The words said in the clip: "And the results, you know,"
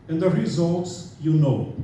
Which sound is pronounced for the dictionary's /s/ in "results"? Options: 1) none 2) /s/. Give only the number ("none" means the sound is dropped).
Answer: 2